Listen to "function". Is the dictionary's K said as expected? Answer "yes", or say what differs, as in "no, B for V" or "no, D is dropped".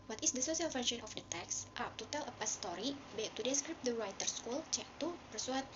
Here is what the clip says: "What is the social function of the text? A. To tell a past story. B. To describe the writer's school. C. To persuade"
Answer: no, K is dropped